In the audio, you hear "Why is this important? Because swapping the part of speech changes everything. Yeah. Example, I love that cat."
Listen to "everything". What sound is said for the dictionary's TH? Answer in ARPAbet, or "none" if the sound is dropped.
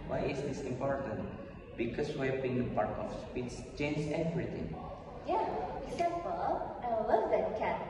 T